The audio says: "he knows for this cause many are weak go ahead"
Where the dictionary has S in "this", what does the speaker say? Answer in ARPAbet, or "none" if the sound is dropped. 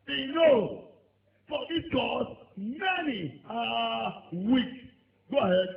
none